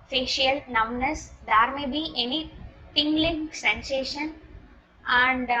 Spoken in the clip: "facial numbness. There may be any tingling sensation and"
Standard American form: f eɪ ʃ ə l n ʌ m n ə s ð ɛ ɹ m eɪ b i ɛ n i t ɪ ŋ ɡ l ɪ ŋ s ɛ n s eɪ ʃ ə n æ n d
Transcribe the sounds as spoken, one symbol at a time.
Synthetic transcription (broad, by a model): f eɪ ʃ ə l n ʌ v n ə s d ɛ ɹ m eɪ b i ɛ n i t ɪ ŋ ɡ l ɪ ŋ s ɛ n s eɪ ʃ ə n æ n d